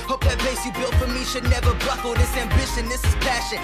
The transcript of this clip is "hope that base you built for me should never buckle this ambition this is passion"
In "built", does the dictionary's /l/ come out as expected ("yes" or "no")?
yes